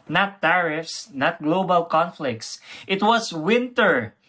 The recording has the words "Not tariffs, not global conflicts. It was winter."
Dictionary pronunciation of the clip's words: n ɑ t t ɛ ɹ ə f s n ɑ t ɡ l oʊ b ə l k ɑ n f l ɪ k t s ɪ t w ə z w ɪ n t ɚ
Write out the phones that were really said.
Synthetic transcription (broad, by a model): n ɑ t t ɛ ɹ ə f s n ɑ t ɡ l oʊ b ə l k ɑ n f l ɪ k t s ɪ t w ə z w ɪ n t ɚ